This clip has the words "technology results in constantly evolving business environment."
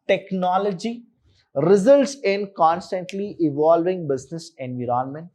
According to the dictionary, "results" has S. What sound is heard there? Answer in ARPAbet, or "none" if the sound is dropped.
S